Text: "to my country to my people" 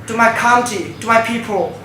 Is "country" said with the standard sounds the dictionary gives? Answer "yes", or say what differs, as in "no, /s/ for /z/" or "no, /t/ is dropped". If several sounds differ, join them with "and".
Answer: no, /ɹ/ is dropped